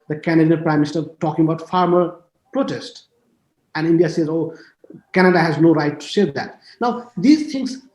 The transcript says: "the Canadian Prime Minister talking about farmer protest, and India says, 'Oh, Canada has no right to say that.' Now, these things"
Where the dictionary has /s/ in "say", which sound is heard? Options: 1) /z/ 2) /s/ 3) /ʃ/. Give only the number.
3